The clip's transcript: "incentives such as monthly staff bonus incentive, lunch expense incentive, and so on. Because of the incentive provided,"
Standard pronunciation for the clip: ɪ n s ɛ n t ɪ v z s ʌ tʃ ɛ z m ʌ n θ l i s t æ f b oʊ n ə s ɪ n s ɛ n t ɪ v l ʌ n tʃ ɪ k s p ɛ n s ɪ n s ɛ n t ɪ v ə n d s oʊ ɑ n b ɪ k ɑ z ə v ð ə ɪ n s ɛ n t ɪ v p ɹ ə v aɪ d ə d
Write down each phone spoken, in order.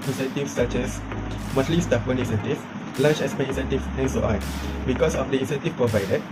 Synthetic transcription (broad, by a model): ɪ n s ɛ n t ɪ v s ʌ tʃ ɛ s m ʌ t l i s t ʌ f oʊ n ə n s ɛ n t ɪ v l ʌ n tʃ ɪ s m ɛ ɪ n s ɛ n t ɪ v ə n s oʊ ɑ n b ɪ k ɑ s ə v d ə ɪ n s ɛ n t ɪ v p ɹ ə v aɪ d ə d